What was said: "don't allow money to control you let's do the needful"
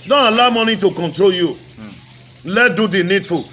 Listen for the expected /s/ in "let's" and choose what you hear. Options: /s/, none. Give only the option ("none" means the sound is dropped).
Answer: none